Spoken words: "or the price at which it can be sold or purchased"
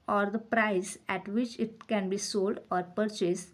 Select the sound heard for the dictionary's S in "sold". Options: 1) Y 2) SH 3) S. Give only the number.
3